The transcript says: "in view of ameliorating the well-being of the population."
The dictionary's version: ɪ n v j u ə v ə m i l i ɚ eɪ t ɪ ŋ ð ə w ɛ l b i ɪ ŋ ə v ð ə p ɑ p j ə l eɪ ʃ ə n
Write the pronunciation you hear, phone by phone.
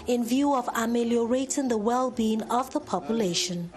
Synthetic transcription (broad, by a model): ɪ n v j u ə v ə m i l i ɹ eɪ t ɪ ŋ ð ə w ɛ l b i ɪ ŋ ə v ð ə p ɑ p j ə l eɪ ʃ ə n